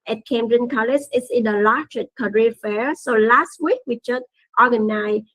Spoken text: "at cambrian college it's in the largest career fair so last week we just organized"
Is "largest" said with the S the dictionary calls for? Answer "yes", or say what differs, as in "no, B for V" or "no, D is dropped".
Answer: no, S is dropped